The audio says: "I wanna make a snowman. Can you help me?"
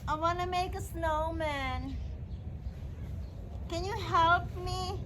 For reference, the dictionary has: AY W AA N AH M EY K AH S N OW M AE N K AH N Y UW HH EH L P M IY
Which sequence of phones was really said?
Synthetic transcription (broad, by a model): AY W AA N AH M EY K AH S N OW M AE N K AH N Y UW HH EH L P M IY